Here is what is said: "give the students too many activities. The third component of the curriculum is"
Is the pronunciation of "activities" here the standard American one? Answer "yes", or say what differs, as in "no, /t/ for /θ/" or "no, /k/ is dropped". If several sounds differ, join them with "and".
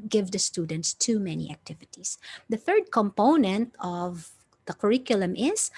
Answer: no, /s/ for /z/